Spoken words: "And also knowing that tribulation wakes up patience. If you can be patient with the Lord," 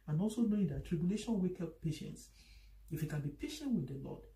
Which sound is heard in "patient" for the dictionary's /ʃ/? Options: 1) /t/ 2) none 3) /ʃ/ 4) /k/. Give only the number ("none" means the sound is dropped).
3